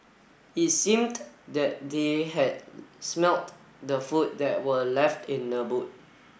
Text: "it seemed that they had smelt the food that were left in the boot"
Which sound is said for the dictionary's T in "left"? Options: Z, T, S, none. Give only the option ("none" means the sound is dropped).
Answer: T